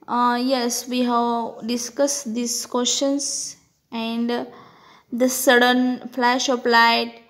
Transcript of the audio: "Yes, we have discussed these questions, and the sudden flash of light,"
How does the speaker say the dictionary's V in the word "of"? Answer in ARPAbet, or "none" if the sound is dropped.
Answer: P